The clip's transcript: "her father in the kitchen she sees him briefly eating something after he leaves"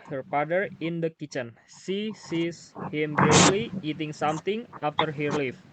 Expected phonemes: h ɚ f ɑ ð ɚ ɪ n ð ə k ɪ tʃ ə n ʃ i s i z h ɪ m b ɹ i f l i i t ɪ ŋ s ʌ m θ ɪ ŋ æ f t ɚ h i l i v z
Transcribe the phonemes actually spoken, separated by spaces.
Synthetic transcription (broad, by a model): h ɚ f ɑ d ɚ ɪ n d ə k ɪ tʃ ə n s i s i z h ɪ m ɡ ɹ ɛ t l i i t ɪ ŋ s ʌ m t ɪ ŋ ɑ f t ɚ h i l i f